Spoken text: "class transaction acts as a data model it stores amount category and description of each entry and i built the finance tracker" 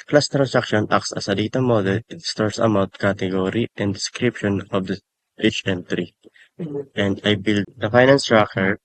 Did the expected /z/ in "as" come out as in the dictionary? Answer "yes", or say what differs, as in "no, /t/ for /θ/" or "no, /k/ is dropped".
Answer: no, /s/ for /z/